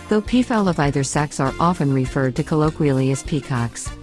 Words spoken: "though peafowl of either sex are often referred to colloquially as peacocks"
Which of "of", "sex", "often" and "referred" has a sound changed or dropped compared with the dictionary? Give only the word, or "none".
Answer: none